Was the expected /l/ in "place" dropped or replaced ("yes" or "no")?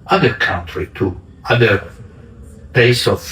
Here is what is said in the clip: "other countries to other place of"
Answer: yes